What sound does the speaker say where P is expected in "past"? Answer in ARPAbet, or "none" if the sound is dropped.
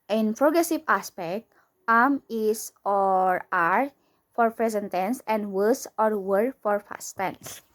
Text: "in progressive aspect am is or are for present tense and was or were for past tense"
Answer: F